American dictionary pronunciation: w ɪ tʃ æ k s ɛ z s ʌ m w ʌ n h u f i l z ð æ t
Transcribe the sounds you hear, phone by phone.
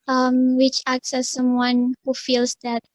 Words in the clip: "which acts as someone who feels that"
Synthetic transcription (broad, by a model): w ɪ tʃ æ k s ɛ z s ʌ m w ʌ n h u f i l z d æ t